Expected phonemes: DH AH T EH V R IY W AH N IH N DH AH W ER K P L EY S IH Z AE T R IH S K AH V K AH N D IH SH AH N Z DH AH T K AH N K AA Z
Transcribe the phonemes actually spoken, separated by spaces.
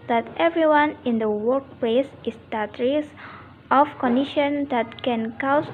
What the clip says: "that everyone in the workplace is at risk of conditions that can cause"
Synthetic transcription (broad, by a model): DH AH T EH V R IY W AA N IH N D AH W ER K P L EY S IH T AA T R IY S AH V K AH N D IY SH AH N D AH T K AH N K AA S